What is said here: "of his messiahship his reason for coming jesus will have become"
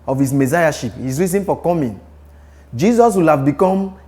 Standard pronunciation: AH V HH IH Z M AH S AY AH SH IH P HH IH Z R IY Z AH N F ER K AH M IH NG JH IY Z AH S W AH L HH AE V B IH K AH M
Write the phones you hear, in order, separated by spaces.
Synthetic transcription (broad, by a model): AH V HH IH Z M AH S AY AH SH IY P HH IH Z R IY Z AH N F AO K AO M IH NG JH IY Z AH S W AH L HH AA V B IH K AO M